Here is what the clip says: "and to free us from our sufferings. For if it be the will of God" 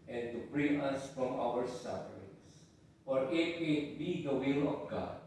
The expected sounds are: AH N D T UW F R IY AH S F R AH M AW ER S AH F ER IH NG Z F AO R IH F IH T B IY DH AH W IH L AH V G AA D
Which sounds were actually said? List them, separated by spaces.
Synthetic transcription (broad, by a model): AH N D T UW P R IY AH S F R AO M AW ER S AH F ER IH NG S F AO R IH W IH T B IY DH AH W IH L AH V G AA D